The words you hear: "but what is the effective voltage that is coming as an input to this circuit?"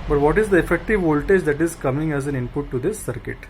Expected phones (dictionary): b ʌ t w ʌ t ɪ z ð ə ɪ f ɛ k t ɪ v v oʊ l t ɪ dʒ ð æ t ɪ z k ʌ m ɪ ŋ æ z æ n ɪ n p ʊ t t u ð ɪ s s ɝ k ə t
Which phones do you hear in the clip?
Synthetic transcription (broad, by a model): b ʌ t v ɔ t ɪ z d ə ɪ f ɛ k t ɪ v v oʊ l t ɪ dʒ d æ t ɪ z k ʌ m ɪ ŋ æ z æ n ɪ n p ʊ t t u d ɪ s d k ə t